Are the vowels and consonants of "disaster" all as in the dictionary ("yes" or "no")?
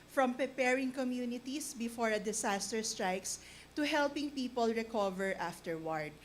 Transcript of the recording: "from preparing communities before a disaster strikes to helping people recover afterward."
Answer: no